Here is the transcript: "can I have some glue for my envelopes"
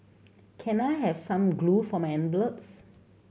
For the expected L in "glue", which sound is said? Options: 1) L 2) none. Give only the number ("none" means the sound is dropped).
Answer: 1